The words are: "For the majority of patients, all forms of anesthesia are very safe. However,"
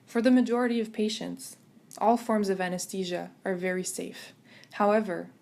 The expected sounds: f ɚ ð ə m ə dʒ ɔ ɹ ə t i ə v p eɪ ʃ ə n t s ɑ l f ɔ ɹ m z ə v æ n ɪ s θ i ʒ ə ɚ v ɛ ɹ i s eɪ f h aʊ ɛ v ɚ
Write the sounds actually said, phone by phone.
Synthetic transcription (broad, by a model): f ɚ ð ə m ə dʒ ɔ ɹ ə t i ə v p eɪ ʃ ə n t s ɑ l f ɔ ɹ m z ə v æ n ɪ s t i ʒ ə ɚ v ɛ ɹ i s eɪ f h aʊ ɛ v ɚ